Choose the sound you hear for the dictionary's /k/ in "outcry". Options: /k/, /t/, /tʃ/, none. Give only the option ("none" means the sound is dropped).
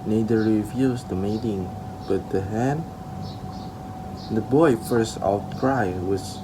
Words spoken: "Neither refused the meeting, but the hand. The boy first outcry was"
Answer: none